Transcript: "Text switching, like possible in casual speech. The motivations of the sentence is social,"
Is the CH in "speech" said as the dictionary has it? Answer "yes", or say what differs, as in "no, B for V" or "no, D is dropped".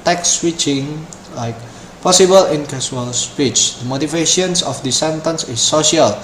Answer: yes